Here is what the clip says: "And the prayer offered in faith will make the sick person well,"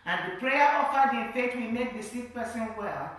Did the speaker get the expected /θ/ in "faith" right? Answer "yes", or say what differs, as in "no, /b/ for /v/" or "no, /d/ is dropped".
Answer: no, /t/ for /θ/